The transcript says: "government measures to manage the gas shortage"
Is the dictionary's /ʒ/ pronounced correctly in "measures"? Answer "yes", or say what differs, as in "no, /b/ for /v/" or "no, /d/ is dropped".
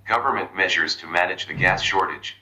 yes